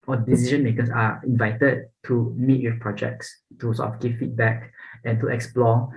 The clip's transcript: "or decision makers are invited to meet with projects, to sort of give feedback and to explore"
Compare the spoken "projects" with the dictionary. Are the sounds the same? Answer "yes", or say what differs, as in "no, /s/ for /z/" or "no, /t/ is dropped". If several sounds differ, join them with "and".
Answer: yes